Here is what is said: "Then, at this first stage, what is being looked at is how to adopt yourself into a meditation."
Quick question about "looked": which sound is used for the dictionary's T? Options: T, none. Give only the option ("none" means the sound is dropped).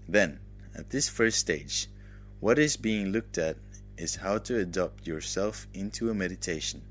T